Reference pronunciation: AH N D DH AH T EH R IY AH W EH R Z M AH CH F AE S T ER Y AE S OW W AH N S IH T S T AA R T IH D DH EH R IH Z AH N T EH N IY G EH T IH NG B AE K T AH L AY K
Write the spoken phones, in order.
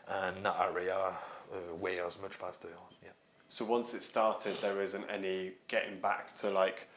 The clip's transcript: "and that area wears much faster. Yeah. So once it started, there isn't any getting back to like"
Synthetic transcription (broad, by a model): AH N DH AH T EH R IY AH W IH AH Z M AH CH F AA S T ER Y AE S OW W AH N S IH T S T AA T IH D DH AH R IH Z AH N T EH N IY G EH T IH NG B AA K T AH L AY K